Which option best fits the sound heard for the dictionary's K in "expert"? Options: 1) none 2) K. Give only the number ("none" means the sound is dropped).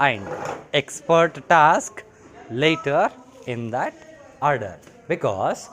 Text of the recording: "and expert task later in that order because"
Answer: 2